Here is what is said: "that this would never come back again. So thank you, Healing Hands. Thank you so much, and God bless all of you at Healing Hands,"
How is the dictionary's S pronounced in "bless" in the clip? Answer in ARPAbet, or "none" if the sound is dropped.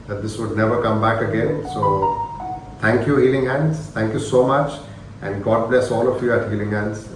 S